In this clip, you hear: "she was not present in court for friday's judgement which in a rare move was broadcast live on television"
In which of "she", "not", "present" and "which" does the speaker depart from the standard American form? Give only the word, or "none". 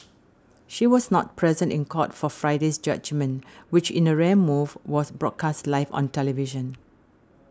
none